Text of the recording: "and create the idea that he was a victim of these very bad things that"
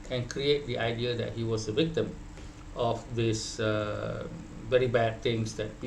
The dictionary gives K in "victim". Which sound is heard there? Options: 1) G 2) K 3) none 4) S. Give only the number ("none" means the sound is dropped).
2